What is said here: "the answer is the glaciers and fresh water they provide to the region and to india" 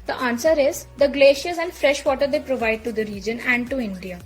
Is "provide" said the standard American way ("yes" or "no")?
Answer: yes